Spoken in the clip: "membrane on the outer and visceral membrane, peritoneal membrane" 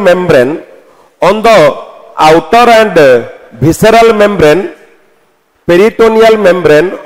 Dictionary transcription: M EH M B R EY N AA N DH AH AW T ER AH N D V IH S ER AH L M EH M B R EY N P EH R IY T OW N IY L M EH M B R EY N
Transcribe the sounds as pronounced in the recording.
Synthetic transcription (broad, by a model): M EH M B R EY N AA N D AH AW T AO AH N D B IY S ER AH L M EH M B R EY N P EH R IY T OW N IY L M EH M B R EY N